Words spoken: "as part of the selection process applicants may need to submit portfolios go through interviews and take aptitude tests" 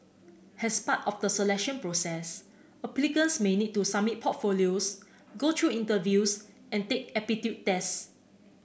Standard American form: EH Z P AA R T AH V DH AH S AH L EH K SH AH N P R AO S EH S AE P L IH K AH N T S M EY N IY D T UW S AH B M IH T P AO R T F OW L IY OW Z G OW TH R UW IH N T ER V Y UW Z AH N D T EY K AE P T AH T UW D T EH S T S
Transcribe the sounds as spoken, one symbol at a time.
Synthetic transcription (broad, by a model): EH S P AA T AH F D AH S AH L EH K SH AH N P R AO S EH S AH P L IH K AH N S M EY N IY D T UW S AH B M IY T P AO T F OW L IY OW S G OW T R UW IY N T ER V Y UW S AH N T EY K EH P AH T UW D T EH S S